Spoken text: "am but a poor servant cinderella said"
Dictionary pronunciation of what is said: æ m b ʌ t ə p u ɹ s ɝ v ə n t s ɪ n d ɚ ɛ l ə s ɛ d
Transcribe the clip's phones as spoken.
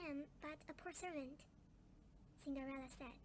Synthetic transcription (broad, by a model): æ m b ʌ t ə p u ɹ s ɝ v ə n t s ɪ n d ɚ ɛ l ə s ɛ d